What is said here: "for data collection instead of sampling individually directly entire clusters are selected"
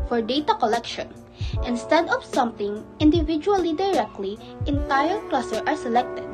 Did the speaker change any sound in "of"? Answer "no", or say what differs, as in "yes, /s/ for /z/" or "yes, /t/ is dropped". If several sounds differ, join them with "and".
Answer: yes, /p/ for /v/